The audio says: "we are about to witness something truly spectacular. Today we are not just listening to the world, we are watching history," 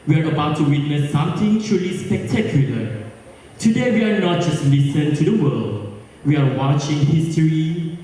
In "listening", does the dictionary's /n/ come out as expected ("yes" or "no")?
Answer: no